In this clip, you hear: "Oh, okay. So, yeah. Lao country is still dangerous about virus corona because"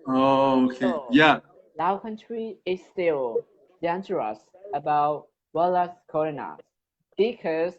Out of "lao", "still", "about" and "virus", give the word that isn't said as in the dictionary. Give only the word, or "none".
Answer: virus